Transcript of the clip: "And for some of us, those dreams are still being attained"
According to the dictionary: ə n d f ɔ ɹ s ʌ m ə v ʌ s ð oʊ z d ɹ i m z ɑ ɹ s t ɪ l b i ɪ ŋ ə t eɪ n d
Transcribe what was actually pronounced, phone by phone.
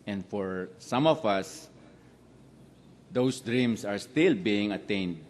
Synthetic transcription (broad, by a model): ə n d f ɔ ɹ s ʌ m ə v ʌ s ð oʊ s d ɹ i m s ɑ ɹ s t ɪ l b i ɪ ŋ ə t eɪ n d